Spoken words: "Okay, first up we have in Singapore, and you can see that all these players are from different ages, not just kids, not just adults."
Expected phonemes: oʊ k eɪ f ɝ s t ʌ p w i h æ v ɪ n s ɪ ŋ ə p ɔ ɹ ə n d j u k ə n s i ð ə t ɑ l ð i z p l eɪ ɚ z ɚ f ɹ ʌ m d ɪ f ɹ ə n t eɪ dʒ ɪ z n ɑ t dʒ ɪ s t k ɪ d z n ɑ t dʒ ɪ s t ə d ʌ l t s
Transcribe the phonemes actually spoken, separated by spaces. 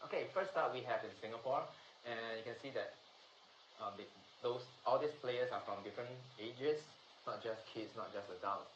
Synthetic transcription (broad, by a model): oʊ k eɪ f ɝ s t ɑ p w i h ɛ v ɪ n s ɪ ŋ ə p ɔ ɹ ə n j u k ə n s i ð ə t ɑ l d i s p l eɪ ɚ s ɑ f ɹ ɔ m d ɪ f ɹ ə n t eɪ dʒ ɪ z n ɑ t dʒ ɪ s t k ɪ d s n ɑ t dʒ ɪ s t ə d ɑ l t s